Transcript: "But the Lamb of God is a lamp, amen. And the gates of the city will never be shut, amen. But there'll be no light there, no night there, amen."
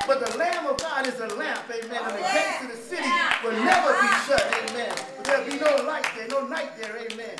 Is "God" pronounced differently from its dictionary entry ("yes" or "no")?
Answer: no